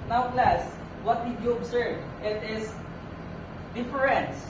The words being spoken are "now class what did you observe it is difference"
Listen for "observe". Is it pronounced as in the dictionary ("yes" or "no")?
no